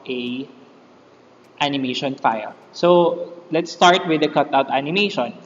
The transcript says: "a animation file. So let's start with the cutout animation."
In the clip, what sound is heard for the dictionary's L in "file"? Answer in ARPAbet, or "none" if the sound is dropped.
L